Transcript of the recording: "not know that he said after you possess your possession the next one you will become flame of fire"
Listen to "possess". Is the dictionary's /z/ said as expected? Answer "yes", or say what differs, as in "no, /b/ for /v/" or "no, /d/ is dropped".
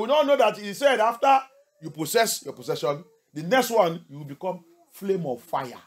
no, /s/ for /z/